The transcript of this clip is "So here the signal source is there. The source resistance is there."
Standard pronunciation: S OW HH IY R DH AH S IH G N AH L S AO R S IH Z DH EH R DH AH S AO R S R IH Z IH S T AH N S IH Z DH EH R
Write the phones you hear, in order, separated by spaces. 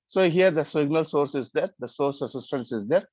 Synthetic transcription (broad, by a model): S OW HH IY R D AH S IH G N AH L S AO R S IH Z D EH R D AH S AO R S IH S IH S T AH N S IH Z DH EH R